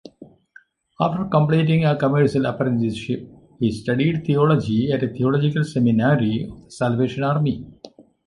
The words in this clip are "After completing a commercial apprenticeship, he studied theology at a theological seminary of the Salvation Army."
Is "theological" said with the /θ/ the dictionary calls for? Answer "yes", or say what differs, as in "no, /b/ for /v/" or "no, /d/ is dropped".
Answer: no, /t/ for /θ/